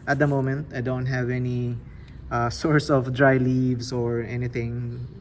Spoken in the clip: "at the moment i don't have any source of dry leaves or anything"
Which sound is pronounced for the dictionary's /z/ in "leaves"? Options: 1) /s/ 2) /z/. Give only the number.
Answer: 1